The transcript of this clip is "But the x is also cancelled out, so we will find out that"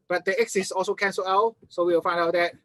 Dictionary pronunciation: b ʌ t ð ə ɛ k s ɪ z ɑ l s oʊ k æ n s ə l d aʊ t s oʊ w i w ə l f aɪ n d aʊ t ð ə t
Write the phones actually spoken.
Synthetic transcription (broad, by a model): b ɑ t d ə ɛ k s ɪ s ɑ l s oʊ k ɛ n s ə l aʊ s oʊ w i w ə l f aɪ n d aʊ t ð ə t